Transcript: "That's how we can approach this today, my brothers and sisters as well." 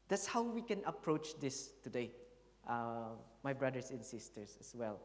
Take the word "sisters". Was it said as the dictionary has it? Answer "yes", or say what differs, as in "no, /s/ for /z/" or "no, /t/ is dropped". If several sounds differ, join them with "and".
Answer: no, /s/ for /z/